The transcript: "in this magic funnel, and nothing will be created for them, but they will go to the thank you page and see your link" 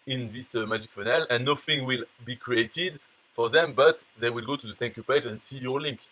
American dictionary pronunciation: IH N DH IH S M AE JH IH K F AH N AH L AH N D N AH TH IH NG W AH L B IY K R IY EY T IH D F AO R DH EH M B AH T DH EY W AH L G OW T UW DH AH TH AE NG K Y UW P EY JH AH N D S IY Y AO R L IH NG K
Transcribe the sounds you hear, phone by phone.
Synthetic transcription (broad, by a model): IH N DH IH S M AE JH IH K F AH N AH L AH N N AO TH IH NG W AH L B IY K R IY EY T IH D F AO R DH EH M B AH T DH EY W AH L G OW T UW DH AH S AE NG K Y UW P EY JH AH N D S IY Y AO R L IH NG K